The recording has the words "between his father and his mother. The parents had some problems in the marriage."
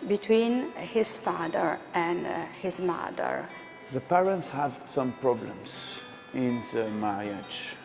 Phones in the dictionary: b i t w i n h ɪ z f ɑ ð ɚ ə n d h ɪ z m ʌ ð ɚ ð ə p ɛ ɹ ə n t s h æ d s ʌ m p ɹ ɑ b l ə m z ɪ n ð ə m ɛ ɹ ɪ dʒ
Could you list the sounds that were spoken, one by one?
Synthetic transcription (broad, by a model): b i t w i n h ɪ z f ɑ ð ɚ ə n d h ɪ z m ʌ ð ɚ ð ə p ɛ ɹ ə n t s h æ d s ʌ m p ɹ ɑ b l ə m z ɪ n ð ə m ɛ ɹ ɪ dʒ